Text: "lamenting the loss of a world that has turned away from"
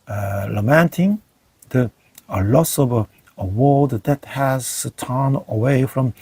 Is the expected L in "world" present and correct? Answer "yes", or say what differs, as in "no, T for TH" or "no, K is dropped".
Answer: no, L is dropped